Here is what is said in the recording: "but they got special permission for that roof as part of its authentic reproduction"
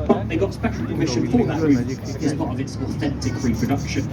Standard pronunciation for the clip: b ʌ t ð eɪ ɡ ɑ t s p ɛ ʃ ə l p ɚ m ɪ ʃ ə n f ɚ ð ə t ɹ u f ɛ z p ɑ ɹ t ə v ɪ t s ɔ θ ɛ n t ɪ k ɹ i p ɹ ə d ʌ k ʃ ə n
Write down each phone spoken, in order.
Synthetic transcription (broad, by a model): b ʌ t ð eɪ ɡ ɑ t s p ɛ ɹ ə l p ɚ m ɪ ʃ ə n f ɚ ð ə t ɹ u ɪ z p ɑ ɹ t ə v ɪ t s ɔ θ ɛ n t ɪ k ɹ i p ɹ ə d ʌ k ʃ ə n